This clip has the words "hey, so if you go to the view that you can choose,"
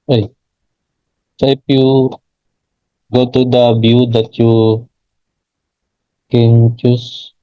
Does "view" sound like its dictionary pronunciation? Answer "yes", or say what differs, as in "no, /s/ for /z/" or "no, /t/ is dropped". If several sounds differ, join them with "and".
no, /b/ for /v/